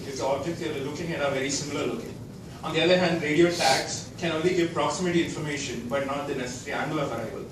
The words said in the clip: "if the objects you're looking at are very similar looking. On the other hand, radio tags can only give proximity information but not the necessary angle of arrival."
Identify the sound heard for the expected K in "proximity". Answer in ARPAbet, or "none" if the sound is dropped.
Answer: K